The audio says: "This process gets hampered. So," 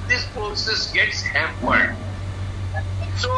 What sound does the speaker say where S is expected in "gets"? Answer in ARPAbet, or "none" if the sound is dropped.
S